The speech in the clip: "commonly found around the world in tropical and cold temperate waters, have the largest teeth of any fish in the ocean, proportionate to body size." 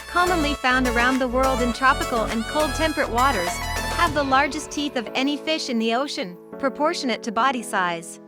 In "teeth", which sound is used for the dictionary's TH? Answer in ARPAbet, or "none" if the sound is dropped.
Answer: TH